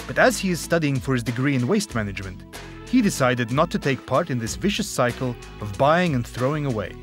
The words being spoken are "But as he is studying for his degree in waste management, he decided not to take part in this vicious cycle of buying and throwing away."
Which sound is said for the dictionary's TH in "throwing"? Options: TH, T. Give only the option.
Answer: TH